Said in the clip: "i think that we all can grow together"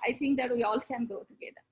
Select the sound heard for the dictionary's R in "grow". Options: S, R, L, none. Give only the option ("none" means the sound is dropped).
none